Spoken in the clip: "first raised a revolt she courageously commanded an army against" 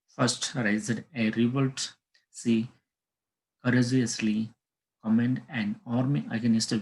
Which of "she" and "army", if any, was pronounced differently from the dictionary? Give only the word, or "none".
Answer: she